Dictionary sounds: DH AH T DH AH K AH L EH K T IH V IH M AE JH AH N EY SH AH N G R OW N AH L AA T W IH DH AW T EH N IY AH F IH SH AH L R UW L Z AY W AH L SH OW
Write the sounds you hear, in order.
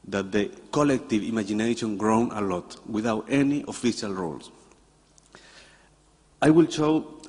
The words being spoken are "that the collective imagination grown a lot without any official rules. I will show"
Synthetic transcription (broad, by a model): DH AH T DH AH K AH L EH K T IH V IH M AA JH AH N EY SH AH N G R OW N AH L AA T W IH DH AW T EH N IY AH F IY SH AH L R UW L S AY W AH L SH OW